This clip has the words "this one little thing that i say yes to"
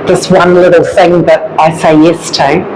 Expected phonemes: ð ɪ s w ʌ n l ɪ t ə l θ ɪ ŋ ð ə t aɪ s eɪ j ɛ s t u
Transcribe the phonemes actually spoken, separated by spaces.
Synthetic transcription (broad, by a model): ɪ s w ʌ n l ɪ t l θ ɪ ŋ ð ə t aɪ s eɪ j ɛ s t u